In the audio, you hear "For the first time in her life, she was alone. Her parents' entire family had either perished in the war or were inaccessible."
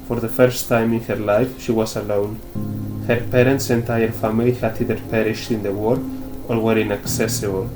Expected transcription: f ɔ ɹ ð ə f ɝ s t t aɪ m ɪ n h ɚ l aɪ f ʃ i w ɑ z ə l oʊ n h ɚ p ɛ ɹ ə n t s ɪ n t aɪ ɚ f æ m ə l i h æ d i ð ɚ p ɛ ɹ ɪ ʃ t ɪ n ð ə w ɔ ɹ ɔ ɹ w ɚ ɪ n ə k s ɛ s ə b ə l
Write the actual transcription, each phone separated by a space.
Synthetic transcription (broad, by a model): f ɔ ɹ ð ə f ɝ s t t aɪ m ɪ n h ɚ l aɪ f ʃ i w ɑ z ə l oʊ n h ɚ p ɛ ɹ ə n t s ɪ n t aɪ ɚ f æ m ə l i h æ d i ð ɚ p ɛ ɹ ɪ ʃ t ɪ n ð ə w ɔ ɹ ɔ ɹ w ɚ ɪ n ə k s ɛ s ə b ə l